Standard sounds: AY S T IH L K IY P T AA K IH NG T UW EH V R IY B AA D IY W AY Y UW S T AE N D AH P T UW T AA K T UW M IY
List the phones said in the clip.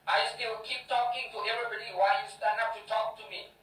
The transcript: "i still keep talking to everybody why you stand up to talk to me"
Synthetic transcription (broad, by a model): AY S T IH W K IY P T AA K IH NG T UW EH V R IY B AA D IY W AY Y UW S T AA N AH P T UW T AA K T UW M IY